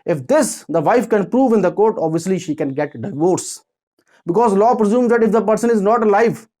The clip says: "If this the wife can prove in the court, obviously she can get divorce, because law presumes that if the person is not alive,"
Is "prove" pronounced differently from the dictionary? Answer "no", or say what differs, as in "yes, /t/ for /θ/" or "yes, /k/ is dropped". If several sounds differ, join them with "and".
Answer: no